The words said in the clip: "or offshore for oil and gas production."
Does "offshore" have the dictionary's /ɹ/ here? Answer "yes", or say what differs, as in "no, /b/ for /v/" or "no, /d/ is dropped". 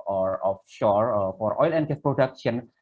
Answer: yes